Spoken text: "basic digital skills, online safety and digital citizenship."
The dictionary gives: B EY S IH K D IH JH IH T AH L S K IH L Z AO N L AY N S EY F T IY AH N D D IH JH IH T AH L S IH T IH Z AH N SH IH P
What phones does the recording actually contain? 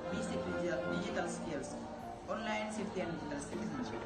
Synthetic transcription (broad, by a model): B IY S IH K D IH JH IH T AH L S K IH L S AO N L AY N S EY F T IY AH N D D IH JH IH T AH L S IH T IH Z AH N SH